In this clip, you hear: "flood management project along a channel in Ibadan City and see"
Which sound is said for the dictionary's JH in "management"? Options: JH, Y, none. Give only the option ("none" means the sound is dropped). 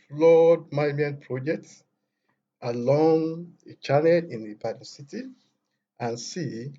none